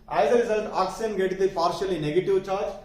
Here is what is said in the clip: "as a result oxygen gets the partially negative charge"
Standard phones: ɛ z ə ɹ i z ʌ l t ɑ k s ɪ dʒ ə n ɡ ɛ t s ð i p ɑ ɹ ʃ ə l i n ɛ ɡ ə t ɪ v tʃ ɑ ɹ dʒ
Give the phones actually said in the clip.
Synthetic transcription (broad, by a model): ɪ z ə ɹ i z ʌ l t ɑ k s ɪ ə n ɡ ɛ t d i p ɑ ɹ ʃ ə l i n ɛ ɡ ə t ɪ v tʃ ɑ ɹ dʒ